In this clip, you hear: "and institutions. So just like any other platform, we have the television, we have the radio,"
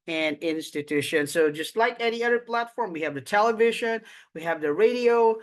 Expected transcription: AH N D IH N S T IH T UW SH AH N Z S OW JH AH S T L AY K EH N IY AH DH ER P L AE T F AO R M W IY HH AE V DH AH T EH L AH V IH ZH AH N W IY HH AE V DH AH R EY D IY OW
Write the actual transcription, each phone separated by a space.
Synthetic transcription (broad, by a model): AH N IH N S T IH T UW SH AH N S OW JH AH S T L AY K EH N IY AH DH ER P L AE T F AO R M W IY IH V DH AH T EH L AH V IH ZH AH N W IY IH V DH AH R EY D IY OW